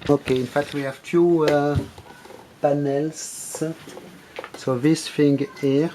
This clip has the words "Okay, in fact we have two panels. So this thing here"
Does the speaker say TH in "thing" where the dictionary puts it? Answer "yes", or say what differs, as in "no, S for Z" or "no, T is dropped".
no, F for TH